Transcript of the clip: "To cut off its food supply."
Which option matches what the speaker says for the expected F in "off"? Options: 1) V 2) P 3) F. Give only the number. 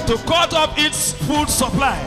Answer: 2